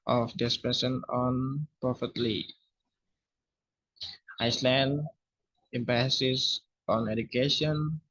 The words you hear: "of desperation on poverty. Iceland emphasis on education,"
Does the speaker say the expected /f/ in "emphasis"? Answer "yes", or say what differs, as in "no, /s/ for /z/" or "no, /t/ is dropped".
no, /p/ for /f/